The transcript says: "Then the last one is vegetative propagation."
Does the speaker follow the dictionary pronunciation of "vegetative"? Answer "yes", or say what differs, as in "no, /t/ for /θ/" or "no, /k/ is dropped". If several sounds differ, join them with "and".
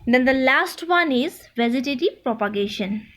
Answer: no, /z/ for /dʒ/